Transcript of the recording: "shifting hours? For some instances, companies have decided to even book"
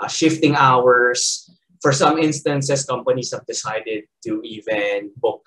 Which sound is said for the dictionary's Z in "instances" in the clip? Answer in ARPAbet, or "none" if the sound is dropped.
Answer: S